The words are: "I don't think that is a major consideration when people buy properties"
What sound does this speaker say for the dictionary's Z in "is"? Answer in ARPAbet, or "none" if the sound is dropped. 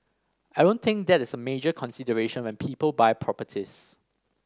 S